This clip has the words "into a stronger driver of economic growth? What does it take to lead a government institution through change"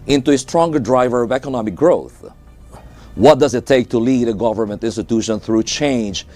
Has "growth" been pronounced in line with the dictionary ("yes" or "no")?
yes